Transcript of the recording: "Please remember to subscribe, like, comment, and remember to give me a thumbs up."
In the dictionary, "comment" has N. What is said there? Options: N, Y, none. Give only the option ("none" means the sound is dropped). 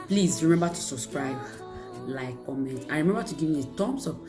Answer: N